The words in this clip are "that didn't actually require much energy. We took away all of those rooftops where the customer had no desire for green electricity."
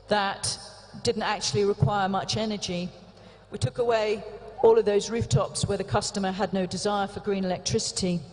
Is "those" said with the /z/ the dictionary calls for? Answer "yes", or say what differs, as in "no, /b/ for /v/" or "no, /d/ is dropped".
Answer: yes